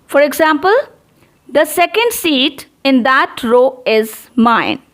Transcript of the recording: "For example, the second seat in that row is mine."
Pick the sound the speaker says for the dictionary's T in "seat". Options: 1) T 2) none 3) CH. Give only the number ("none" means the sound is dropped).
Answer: 1